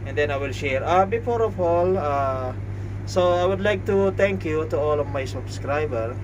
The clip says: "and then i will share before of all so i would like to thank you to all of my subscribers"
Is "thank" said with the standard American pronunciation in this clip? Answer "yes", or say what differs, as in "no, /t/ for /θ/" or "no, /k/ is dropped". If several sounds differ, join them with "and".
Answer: no, /t/ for /θ/